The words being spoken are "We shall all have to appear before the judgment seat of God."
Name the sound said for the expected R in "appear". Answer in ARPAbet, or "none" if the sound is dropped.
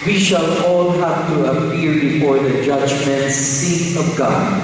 L